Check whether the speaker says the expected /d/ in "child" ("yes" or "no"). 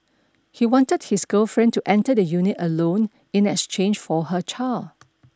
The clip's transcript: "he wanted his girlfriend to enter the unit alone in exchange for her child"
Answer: no